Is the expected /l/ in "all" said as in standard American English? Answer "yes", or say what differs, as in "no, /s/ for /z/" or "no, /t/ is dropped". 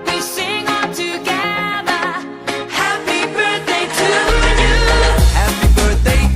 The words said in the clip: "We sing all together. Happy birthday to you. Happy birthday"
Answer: no, /n/ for /l/